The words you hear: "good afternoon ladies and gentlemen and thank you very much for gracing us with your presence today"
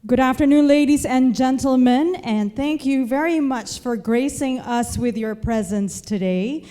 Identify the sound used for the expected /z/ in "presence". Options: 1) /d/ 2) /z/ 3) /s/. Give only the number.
2